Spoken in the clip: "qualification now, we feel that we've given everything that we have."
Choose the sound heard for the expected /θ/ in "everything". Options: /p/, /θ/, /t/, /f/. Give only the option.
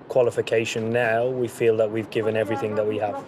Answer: /θ/